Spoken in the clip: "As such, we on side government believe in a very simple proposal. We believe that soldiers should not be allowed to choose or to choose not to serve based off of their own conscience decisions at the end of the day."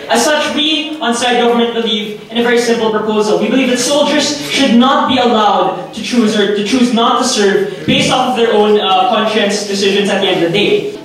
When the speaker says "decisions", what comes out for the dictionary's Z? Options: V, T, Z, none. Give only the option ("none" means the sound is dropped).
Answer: Z